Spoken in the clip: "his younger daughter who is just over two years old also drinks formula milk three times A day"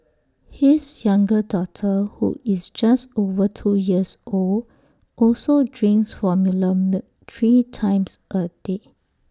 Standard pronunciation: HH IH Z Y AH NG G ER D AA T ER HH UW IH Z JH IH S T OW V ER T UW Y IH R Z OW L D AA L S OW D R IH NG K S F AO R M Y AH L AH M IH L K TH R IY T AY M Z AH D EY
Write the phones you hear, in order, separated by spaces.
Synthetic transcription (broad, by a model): HH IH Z Y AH NG G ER D AA T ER HH UW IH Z JH IH S T OW V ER T UW Y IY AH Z OW L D AA L S OW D R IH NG S F AO M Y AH L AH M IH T R IY T AY M S AH D EY